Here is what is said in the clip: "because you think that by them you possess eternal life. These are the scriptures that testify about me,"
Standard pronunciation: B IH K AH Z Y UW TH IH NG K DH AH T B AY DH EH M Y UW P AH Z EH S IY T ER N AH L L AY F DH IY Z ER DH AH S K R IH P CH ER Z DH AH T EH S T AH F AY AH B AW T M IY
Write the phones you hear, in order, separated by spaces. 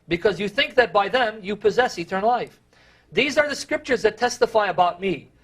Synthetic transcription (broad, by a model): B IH K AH Z Y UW TH IH NG K DH AH T B AY DH EH M Y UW P AH Z EH S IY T ER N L L AY F DH IY Z ER DH AH S K R IH P CH ER Z DH AH T EH S T AH F AY AH B AW T M IY